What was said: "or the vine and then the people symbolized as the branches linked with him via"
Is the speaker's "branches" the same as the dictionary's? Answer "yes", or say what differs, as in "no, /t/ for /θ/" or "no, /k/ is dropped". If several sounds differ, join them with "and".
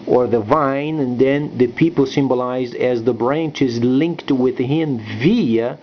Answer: yes